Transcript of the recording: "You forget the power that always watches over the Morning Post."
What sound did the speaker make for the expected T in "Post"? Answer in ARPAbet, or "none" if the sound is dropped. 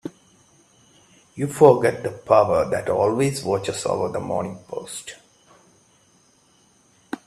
T